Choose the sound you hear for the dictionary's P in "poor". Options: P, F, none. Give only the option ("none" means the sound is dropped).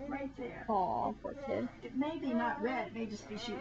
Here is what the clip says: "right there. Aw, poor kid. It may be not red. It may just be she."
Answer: F